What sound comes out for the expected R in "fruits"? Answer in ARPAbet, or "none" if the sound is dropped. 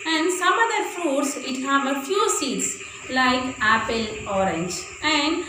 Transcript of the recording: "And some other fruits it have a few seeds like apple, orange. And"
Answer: none